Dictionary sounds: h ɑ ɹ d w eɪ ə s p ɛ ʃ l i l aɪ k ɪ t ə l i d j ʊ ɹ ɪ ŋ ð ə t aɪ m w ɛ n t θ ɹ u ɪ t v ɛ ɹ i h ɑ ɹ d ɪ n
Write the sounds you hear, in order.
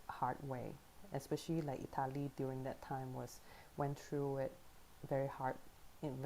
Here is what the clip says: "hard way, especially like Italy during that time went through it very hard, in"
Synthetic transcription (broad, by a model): h ɑ ɹ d w eɪ ə s p ɛ ʃ l i l aɪ k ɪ t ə l i d j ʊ ɹ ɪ ŋ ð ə t aɪ m w ɛ n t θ ɹ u ɪ t v ɛ ɹ i h ɑ ɹ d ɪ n